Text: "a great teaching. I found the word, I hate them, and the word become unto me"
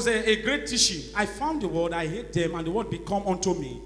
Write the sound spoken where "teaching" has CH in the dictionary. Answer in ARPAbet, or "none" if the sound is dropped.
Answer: SH